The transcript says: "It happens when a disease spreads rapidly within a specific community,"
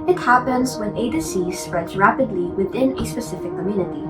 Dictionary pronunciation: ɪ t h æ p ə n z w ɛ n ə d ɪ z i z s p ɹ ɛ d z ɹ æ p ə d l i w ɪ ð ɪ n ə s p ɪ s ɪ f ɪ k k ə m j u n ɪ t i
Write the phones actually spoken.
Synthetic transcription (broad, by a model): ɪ t h æ p ə n z w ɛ n ə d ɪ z i s p ɹ ɛ d z ɹ æ p ə d l i w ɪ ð ɪ n ə s p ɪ s ɪ f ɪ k k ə m j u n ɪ t i